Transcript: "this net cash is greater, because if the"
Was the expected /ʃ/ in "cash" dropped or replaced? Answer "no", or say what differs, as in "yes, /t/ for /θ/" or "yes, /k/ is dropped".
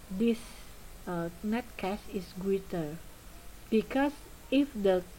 yes, /s/ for /ʃ/